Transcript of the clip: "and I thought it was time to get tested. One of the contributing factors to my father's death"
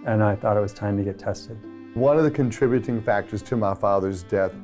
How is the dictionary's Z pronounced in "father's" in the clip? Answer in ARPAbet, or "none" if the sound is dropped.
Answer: Z